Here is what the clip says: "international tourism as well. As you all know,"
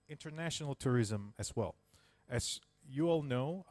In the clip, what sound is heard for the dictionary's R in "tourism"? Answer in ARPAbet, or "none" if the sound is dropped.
R